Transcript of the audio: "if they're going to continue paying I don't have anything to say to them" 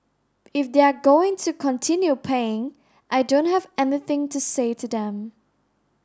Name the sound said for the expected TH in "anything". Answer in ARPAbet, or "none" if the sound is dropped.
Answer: TH